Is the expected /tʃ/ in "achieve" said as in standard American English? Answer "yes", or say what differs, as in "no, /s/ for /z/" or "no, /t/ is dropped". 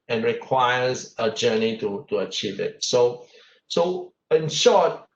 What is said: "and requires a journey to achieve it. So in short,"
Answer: yes